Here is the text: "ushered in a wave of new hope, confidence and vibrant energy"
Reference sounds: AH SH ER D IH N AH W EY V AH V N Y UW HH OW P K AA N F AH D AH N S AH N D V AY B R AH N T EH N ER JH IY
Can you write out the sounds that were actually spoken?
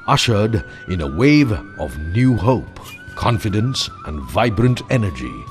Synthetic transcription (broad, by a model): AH SH ER D IH N AH W EY V AH V N Y UW HH OW P K AA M F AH D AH N S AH N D V AY B R AH N T EH N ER JH IY